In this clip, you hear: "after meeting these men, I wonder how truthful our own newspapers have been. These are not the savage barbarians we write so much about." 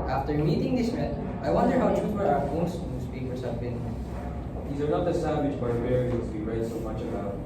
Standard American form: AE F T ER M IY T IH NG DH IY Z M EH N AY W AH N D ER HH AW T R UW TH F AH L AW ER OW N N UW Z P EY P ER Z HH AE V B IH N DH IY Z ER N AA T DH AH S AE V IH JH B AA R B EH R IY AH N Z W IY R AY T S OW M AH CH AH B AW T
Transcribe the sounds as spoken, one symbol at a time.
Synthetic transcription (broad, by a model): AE F T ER M IY T IH NG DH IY S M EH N AY W AH N D ER HH AW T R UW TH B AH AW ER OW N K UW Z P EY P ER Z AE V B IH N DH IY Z ER N AA T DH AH S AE W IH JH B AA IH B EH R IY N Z W IY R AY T S OW M AH CH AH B AW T